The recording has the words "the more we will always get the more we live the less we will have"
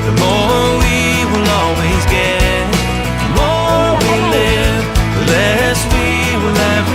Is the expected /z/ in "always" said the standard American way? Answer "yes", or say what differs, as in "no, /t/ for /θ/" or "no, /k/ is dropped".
yes